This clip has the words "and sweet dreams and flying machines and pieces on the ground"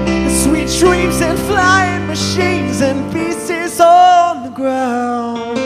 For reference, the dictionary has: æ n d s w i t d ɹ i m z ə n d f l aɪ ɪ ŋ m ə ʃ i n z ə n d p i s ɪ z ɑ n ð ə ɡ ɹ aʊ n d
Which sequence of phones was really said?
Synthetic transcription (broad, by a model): s w i t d ɹ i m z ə n f l aɪ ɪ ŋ m ə ʃ i n z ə n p i s ɪ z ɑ n ð ə ɡ ɹ aʊ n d